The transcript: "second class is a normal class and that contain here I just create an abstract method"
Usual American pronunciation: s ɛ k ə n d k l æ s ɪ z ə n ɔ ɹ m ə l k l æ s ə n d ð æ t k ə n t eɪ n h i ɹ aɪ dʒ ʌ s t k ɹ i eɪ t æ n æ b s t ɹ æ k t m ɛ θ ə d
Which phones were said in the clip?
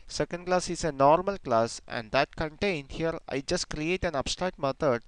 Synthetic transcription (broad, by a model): s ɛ k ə n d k l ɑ s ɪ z ə n ɔ ɹ m ə l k l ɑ s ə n d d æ t k ə n t eɪ n h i ɹ aɪ dʒ ʌ s t k ɹ i eɪ t æ n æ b s t ɹ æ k t m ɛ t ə d